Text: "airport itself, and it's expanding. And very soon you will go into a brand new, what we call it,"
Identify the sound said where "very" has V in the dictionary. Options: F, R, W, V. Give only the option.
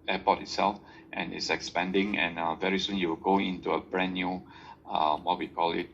V